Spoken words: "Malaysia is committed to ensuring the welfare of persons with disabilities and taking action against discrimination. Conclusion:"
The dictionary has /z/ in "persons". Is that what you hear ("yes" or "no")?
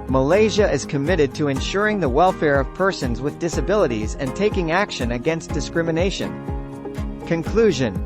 yes